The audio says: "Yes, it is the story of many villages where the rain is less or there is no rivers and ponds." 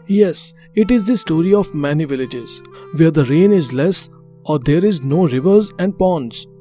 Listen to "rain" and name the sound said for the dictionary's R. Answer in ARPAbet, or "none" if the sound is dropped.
R